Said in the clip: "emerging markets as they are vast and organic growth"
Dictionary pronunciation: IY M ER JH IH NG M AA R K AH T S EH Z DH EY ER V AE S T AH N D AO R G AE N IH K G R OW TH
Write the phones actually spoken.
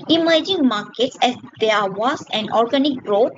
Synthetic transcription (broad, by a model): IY M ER JH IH NG M AA R K AH T S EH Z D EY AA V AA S AH N D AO R G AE N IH K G R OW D